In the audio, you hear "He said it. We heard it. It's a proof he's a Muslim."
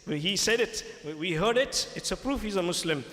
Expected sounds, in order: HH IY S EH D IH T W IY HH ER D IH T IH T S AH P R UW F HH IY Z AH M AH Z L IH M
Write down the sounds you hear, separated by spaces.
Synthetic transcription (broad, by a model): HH IY S EH D IH T W IY HH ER D IH T IH T S AH P R UW F HH IY Z AH M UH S L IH M